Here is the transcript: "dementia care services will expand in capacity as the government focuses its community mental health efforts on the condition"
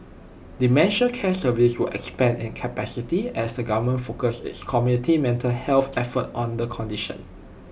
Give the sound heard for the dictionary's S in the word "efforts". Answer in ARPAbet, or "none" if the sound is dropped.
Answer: none